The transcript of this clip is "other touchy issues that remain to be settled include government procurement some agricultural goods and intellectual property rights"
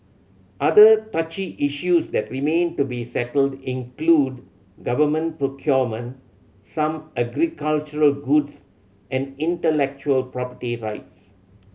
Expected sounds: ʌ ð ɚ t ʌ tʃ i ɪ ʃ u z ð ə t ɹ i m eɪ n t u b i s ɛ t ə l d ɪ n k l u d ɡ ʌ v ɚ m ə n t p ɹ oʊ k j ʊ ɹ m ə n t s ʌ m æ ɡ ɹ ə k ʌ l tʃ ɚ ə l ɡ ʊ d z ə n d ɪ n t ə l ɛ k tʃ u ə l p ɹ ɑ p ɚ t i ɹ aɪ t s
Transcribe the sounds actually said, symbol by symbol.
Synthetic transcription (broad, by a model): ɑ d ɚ t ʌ tʃ i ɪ ʃ u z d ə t ɹ i m eɪ n t u b i s ɛ t ə l d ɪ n k l u d ɡ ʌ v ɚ m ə n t p ɹ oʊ k j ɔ m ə n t s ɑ m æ ɡ ɹ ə k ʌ l tʃ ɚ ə l ɡ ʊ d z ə n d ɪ n t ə l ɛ k tʃ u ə l p ɹ ɑ p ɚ t i ɹ aɪ t s